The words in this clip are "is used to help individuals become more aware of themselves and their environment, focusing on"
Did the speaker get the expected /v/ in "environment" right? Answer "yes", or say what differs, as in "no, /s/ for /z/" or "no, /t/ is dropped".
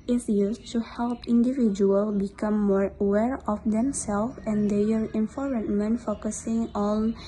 no, /f/ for /v/